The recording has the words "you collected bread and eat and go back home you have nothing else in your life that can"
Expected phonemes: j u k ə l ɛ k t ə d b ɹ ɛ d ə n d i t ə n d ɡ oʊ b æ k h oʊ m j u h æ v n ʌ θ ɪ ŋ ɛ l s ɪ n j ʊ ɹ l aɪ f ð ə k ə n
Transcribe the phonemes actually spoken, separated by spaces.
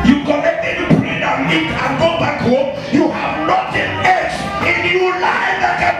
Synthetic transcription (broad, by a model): j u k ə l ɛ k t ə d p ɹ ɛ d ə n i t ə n ɡ oʊ b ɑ k h oʊ m j u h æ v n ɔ t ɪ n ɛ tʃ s ɪ n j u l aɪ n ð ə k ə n